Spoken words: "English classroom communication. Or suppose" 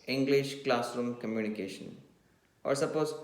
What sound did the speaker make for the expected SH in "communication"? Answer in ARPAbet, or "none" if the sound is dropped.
SH